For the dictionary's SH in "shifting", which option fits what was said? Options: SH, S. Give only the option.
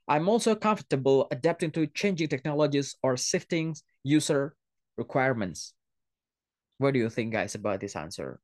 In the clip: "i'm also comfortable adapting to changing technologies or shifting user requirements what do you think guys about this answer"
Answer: S